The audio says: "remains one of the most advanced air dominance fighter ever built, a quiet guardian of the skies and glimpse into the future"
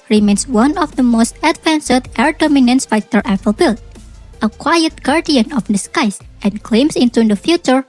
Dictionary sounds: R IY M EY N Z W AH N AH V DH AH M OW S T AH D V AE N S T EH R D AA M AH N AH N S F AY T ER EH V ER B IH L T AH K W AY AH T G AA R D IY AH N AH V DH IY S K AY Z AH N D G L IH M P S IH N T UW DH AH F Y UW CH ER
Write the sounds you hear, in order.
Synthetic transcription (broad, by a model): R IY M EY N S W AH N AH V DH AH M OW S T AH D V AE N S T EH R D AA M AH N AH N S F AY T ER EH P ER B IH L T AH K W AY AH T G AA R D IY AH N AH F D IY S K AY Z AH N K L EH M S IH N T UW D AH F Y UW CH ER